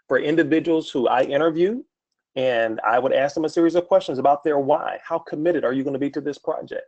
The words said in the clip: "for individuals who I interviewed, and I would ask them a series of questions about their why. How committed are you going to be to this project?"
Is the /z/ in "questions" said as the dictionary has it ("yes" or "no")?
yes